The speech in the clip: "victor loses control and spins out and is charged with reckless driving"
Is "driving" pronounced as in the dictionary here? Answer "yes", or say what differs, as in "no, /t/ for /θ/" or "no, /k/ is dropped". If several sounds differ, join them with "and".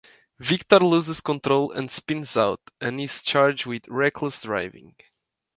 yes